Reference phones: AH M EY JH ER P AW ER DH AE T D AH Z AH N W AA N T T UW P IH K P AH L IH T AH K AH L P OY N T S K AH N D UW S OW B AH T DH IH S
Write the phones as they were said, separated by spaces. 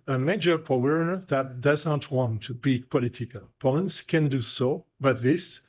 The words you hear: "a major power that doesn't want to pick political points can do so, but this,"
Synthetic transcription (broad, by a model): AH M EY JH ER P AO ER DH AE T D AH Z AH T W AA N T T UW B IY P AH L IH T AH K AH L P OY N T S K AH N D UW S OW B AH T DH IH S